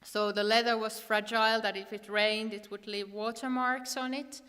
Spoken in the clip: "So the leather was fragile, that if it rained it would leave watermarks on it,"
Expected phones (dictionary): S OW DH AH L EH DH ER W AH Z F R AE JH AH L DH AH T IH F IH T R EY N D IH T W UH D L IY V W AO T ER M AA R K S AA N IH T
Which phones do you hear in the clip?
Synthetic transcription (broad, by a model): S OW DH AH L EH DH ER W AH Z F R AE JH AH L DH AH T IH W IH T R EY N D IH T W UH D L IY V W AO T ER M AA R K S N IH T